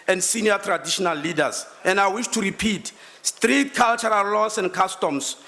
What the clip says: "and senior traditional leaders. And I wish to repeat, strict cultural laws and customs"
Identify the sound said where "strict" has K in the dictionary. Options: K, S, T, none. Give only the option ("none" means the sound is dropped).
none